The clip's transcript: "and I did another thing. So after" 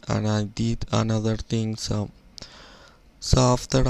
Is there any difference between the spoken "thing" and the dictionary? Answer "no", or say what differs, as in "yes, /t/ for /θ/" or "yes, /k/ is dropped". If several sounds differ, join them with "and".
yes, /t/ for /θ/